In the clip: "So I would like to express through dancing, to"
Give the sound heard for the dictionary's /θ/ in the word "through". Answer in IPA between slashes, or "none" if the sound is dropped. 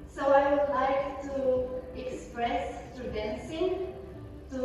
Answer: /t/